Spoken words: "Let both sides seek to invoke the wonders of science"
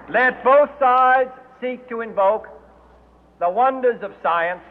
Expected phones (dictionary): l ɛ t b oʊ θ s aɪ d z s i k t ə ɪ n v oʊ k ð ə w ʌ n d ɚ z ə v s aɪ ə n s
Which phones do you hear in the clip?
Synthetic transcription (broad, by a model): l ɛ t b oʊ θ s aɪ d z s i k t ə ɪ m v oʊ k ð ə w ʌ n d ɚ z ə v s aɪ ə n s